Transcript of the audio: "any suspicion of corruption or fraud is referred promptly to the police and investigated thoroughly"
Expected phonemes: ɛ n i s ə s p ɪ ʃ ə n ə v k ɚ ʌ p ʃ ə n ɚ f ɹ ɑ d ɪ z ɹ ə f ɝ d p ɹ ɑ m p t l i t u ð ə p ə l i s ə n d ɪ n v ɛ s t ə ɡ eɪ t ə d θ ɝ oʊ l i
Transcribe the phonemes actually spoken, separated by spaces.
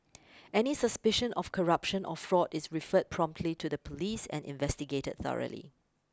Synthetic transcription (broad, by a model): ɛ n i s ə s p ɪ ʃ ə n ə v k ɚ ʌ p ʃ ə n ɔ f ɹ ɑ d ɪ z ɹ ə f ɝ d p ɹ ɑ m p t l i t u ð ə p ə l i s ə n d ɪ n v ɛ s t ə ɡ eɪ t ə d θ ɝ oʊ l i